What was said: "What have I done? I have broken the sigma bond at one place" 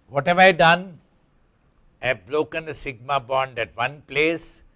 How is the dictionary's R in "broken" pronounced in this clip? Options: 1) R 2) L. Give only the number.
2